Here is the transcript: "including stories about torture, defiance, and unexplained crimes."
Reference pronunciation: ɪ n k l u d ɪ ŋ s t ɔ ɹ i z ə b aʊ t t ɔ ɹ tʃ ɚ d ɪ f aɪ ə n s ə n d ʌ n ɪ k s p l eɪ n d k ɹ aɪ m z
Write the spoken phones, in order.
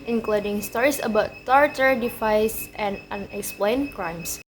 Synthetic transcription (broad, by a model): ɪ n k l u d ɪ ŋ s t ɔ ɹ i s ə b aʊ t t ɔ ɹ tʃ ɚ d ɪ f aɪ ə s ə n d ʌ n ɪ k s p l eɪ n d k ɹ aɪ m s